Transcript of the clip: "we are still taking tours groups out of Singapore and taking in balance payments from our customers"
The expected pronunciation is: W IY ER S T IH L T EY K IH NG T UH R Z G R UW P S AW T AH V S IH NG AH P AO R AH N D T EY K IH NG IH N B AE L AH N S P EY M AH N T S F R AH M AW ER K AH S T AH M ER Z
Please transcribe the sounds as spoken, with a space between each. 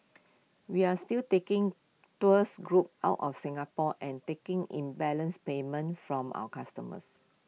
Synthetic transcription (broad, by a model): W IY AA S T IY L T EY K IH NG T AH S G R UW P AW T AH F S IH NG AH P AO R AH N T EY K IH NG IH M B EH L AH N S P EY M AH N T F R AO M AW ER K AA S T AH M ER S